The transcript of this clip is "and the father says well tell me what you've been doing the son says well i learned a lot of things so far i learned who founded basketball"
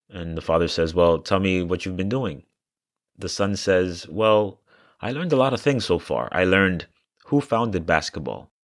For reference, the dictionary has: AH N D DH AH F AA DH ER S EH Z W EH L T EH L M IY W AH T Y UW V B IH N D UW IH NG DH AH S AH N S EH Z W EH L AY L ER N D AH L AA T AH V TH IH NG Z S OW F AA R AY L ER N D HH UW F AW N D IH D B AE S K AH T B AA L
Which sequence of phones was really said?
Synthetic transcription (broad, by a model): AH N DH AH F AA DH ER S EH Z W EH L T EH L M IY W AH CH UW V B IH N D UW IH NG DH AH S AH N S EH Z W EH L AY L ER N D AH L AA T AH V TH IH NG Z S OW F AA R AY L ER N D HH UW F AW N D IH D B AE S K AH T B AA L